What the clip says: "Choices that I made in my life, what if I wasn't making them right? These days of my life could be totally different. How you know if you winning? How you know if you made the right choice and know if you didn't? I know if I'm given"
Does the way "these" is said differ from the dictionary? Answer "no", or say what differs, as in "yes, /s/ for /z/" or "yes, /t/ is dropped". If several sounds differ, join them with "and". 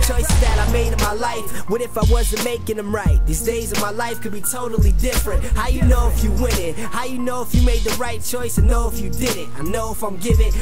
no